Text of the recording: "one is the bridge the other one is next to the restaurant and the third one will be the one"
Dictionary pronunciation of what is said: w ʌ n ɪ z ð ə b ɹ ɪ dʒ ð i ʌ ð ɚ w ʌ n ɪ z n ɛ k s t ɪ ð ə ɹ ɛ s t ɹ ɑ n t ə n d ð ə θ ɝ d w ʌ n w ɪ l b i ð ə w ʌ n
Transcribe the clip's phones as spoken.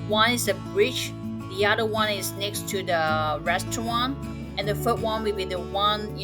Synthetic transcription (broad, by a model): w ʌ n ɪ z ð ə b ɹ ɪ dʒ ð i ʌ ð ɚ w ʌ n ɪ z n ɛ k s t ɪ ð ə ɹ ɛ s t ɹ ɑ n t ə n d ð ə f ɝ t w ʌ n w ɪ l b i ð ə w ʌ n